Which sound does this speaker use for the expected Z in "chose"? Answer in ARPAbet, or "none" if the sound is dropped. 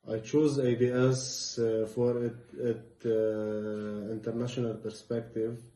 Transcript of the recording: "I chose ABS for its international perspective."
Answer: Z